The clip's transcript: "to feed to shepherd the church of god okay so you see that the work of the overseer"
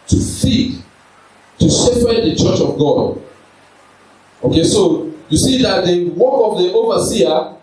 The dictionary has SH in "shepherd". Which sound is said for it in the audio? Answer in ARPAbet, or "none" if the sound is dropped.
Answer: S